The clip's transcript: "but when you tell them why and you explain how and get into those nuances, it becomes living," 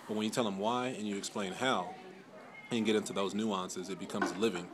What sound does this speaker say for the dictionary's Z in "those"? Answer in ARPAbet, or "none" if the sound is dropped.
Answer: Z